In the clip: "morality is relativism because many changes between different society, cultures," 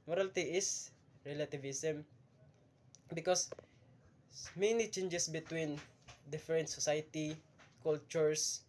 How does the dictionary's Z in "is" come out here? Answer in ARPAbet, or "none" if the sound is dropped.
S